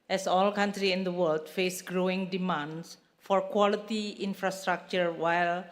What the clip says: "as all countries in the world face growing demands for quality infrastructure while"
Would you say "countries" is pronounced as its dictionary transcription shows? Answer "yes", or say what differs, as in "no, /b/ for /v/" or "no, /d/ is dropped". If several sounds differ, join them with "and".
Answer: no, /z/ is dropped